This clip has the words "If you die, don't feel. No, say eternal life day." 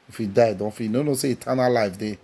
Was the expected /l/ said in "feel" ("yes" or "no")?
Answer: no